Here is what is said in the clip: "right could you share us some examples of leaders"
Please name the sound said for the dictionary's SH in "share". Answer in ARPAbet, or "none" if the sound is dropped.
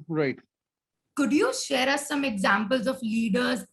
SH